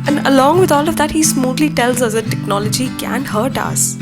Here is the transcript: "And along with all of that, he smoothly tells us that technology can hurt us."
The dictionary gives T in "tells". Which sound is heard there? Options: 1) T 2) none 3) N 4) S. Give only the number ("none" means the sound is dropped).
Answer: 1